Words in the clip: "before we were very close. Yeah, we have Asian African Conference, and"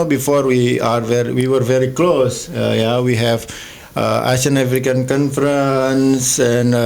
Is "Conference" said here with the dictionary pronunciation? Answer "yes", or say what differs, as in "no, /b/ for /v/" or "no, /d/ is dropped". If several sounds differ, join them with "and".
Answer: yes